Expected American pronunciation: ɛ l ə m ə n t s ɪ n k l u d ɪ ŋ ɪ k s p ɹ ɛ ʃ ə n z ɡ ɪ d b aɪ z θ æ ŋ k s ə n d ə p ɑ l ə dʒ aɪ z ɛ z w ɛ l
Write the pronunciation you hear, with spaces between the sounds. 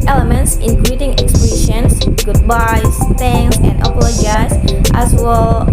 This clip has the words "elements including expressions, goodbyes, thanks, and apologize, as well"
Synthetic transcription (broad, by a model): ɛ l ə m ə n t s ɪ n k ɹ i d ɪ ŋ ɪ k s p i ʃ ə n s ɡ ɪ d b aɪ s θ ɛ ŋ s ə n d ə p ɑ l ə dʒ aɪ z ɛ s w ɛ l